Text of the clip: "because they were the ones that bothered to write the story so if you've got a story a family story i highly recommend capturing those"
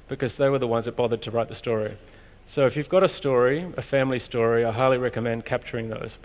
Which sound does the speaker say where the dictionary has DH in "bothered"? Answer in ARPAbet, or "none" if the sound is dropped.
DH